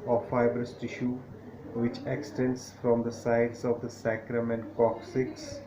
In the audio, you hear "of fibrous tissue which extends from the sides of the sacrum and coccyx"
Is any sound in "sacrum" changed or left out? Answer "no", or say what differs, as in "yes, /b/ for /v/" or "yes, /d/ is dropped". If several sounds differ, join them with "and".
no